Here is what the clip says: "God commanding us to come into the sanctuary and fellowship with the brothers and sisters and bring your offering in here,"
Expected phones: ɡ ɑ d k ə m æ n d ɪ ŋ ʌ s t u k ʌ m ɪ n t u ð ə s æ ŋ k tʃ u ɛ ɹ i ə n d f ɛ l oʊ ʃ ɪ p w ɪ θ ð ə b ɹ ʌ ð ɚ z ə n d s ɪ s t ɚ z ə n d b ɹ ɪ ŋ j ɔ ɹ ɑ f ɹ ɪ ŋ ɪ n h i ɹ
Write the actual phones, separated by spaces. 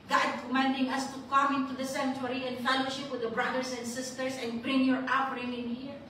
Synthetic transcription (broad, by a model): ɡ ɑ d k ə m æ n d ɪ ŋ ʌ s t u k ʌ m ɪ n t u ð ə s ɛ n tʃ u ɹ i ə n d f ɛ l oʊ ʃ ɪ p w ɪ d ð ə b ɹ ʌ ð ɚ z ə n d s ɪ s t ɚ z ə n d b ɹ ɪ ŋ j ɔ ɹ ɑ p ɹ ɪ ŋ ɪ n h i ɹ